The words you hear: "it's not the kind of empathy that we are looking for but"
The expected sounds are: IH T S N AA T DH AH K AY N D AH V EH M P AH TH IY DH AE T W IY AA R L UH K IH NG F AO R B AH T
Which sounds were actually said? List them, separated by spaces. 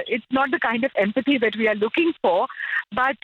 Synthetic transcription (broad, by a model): IH T S N AA T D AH K AY N D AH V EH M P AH T IY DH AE T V IY AA R L UH K IH NG F AO R B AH T